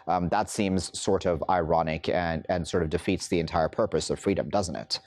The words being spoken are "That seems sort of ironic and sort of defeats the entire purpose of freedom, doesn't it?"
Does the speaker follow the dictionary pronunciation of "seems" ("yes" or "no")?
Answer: yes